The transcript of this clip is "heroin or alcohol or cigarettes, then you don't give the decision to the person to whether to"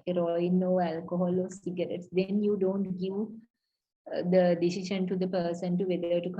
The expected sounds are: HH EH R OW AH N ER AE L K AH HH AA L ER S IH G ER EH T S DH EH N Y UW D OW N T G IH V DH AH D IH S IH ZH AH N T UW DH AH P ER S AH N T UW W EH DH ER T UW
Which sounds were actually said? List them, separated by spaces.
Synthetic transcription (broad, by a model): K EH R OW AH N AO AE L K AH HH AA L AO S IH G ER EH T S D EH N Y UW D OW N T G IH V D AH D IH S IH SH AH N T UW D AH P ER S AH N T UW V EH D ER T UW